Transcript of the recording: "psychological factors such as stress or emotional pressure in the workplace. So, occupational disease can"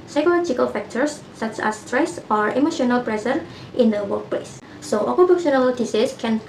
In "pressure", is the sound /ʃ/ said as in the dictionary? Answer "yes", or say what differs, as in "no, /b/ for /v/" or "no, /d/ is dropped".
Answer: no, /s/ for /ʃ/